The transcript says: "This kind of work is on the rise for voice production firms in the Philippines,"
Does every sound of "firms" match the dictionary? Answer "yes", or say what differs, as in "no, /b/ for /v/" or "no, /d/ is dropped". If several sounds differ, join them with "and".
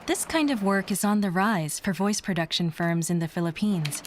yes